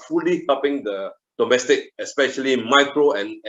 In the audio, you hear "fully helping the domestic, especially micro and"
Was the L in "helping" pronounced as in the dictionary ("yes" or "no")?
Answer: no